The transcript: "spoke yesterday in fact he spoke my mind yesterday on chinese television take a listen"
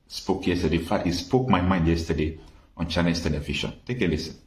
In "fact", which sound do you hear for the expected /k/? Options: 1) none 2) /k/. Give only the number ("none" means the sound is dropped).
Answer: 1